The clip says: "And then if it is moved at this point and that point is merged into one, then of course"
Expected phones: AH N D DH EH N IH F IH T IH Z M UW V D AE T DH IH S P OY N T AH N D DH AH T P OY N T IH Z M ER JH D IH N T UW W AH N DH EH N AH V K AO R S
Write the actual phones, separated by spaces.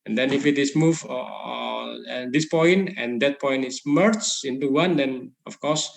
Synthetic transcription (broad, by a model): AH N D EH N IH F IH T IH S M UW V AO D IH S P OY N T AH N D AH T P OY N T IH S M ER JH IH N T UW W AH N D EH N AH F K AO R S